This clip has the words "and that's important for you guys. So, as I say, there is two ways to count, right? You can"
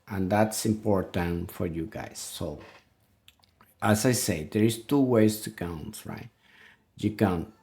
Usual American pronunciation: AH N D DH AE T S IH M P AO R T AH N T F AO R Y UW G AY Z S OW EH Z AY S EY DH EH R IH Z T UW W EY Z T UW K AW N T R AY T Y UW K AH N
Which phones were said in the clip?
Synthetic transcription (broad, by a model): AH N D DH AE T S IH M P AO R T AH N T F AO R Y UW G AY S OW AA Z AY S EY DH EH R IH S T UW W EY S T UW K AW N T R AY T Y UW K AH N